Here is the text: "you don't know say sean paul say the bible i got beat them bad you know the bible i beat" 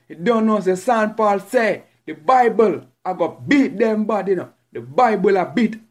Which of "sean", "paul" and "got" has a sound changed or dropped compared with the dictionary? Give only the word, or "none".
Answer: sean